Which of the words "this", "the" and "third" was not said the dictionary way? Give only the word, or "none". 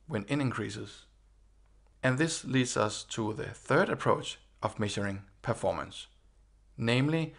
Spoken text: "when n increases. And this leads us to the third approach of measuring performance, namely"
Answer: none